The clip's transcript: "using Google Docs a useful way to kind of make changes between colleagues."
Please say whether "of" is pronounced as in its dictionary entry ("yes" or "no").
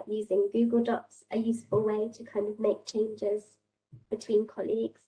yes